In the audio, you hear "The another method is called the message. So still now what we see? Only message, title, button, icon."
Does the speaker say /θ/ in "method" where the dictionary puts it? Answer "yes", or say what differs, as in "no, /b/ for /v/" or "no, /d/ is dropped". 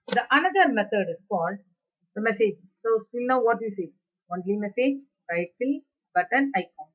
no, /t/ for /θ/